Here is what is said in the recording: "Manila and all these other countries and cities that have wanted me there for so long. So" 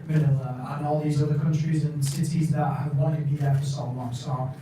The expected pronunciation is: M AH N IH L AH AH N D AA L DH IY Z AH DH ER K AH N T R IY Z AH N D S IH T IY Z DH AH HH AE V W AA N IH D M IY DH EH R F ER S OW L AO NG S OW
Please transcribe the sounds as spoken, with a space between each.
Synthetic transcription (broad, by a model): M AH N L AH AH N AA L DH IY Z AH DH ER K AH N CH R IY Z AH N S IH T IY Z DH AH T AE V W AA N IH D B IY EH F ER S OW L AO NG S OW